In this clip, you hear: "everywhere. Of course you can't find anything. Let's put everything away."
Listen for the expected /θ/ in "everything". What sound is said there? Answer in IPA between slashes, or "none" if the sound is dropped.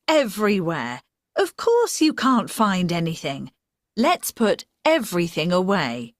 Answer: /θ/